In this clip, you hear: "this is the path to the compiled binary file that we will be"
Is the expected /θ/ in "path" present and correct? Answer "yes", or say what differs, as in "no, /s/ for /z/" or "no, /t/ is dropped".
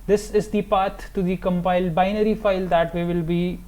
no, /t/ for /θ/